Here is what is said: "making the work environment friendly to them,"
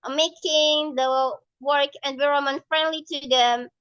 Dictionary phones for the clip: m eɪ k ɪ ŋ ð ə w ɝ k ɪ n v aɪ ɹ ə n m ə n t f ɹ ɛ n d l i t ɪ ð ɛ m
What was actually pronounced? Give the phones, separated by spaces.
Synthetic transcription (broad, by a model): m eɪ k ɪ ŋ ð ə w ɝ k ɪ n w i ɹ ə m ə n f ɹ ɛ n d l i t ɪ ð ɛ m